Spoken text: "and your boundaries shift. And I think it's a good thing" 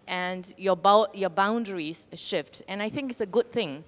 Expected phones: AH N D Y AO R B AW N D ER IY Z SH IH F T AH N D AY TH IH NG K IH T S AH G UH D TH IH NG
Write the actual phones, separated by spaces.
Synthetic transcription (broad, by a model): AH N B Y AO B AW N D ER IY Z SH IH F T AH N AY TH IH NG K IH T S AH G UH D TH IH NG